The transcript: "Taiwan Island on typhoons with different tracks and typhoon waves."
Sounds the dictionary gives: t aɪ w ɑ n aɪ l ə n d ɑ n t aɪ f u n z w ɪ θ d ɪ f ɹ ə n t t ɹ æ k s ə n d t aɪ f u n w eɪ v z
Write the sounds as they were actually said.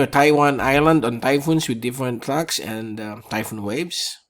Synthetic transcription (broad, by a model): t aɪ w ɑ n aɪ l ə n d ɑ n t aɪ f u n s w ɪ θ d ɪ f ɹ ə n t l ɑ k s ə n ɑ t aɪ f u n w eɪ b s